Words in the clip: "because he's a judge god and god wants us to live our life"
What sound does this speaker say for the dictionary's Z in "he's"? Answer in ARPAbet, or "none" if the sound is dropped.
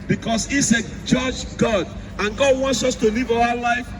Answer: S